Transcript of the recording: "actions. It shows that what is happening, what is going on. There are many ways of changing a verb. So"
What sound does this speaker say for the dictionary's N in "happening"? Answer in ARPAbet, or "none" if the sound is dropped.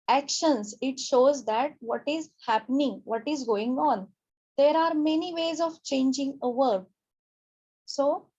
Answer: N